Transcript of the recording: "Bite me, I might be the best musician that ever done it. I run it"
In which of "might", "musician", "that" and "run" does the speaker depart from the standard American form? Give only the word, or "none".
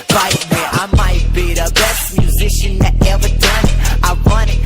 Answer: run